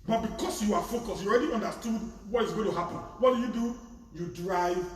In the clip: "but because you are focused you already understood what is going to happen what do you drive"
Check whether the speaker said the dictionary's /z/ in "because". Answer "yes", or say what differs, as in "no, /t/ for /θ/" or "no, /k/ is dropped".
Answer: no, /s/ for /z/